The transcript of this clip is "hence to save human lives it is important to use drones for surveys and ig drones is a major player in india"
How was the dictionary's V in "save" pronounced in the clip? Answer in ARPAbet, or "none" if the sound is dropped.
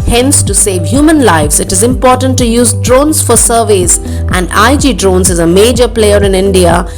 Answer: V